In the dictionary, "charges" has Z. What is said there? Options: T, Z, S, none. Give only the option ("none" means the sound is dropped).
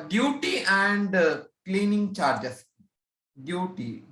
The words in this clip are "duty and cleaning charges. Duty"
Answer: S